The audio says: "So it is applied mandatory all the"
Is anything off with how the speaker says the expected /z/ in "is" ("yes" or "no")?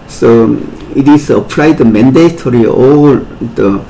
yes